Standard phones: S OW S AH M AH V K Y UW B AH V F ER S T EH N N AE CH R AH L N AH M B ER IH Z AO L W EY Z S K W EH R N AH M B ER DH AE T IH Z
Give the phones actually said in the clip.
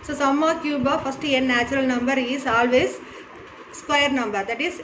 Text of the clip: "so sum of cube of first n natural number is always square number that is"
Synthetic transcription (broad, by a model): S OW S AH M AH K Y UW B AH F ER S T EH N N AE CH R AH L N AH M B ER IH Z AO L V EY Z S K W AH R N AH M B ER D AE T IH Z